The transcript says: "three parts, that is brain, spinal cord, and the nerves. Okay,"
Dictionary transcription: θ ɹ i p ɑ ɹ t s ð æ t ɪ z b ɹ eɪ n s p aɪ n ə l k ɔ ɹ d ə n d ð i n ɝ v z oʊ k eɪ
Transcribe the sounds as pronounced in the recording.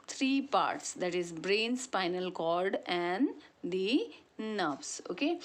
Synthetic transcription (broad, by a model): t ɹ i p ɑ ɹ t s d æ t ɪ z b ɹ eɪ n s p aɪ n ə l k ɔ l d ə n d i n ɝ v s oʊ k eɪ